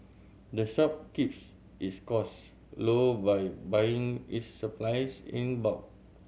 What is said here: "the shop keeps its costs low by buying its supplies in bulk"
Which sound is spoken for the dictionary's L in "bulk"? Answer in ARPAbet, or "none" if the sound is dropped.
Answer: none